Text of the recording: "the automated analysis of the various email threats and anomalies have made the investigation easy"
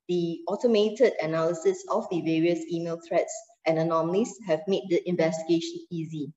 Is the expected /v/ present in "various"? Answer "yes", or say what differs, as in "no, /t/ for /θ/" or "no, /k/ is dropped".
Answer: yes